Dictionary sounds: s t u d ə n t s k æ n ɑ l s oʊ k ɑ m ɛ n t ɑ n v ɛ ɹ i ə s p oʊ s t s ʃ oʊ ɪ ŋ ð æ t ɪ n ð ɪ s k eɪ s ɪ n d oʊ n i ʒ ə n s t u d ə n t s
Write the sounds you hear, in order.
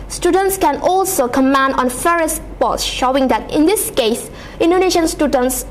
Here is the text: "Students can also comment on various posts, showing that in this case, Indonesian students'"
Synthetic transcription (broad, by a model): s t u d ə n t s k æ n ɑ l s oʊ k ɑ m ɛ n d ɑ n f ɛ ɹ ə s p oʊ t s ʃ oʊ ɪ ŋ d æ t ɪ n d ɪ s k eɪ s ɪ n d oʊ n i ʃ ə n s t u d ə n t s